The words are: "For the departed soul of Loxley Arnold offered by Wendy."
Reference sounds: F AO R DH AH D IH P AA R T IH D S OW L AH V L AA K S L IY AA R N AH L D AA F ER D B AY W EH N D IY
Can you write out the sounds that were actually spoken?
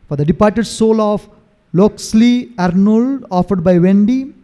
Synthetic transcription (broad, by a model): F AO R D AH D IH P AA R T IH D S OW L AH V L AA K S L IY AA R N AH L D AA F ER D B AY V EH N D IY